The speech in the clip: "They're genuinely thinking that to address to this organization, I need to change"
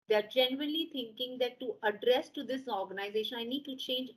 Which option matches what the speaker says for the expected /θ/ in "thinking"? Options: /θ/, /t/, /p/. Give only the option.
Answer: /t/